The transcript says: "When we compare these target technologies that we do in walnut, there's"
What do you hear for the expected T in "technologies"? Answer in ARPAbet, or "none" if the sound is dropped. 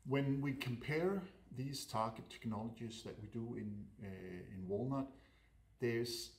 T